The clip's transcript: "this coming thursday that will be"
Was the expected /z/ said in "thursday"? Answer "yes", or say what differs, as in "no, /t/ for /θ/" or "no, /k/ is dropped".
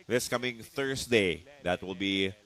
no, /s/ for /z/